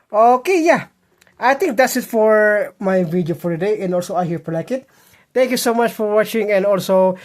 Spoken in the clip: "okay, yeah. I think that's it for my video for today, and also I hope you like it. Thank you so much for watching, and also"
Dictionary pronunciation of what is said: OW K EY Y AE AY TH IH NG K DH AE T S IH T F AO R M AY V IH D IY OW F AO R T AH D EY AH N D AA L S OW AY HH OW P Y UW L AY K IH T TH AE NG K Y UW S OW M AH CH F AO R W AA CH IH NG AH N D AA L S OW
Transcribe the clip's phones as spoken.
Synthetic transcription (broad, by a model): OW K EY Y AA AY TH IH NG K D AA T S IH T F AO R M AY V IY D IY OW F AO R T AH D EY AH N D AA L S OW AY HH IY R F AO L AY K IH T T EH NG K Y UW S OW M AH CH F AO R W AA CH IH NG AH N D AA L S OW